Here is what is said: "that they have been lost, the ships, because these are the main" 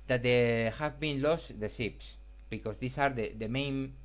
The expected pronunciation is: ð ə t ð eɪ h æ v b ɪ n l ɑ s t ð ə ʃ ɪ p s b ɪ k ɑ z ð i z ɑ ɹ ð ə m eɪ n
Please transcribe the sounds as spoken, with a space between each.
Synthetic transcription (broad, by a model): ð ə t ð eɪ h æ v b ɪ n l ɑ s t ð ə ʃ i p s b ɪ k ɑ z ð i s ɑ ɹ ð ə m eɪ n